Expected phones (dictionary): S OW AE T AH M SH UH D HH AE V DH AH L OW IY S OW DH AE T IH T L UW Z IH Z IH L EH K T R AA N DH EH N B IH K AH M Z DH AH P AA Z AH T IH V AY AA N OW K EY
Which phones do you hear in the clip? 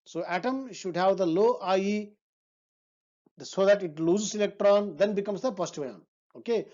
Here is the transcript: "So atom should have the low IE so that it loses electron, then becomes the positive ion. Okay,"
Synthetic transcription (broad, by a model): S OW AE T AH M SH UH D HH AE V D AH L OW IY S OW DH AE T IH T L UW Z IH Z IH L EH K T R AA N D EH N B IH K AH M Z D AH P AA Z T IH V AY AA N OW K EY